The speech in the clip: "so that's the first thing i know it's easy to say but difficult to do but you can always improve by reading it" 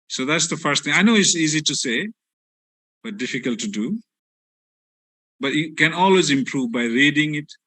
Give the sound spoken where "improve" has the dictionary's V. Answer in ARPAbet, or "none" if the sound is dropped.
V